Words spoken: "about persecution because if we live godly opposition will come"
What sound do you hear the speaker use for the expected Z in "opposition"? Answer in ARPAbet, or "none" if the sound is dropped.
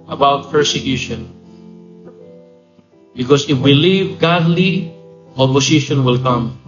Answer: S